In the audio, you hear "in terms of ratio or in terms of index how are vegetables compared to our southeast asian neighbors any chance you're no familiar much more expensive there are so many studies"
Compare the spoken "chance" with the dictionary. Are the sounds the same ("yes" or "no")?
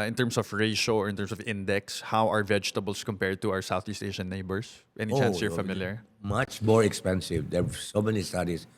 no